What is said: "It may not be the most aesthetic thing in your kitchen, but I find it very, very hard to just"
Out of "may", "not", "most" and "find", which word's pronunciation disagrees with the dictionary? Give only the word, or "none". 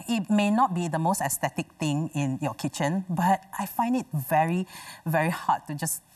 none